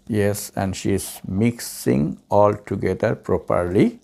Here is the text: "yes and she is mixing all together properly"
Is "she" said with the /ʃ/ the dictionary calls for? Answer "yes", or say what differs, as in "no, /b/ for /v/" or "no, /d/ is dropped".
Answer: yes